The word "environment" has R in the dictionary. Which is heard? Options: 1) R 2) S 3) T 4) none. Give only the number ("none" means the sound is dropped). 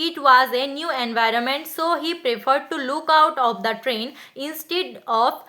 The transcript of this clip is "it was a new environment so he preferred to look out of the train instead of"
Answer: 1